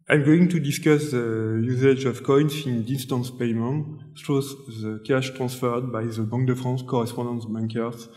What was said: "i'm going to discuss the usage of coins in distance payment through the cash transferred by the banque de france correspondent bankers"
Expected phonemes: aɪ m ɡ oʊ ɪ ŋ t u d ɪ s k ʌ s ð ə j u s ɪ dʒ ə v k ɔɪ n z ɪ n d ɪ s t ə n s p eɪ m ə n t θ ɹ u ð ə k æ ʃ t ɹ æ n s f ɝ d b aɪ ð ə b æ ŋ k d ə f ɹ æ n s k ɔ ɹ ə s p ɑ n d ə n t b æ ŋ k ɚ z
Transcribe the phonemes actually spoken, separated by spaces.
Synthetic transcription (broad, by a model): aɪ m ɡ oʊ ɪ ŋ t u d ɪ s k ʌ s ð ə j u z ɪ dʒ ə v k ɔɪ n s ɪ n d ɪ s t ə n s p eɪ m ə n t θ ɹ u ð ə k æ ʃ t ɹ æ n s f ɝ d b aɪ ð ə b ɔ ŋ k d ə f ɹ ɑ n s k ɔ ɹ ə s p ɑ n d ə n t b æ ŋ k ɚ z